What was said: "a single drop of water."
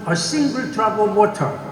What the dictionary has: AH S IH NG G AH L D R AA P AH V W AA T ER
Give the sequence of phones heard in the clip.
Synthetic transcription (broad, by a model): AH S IH NG G AH L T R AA B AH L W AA T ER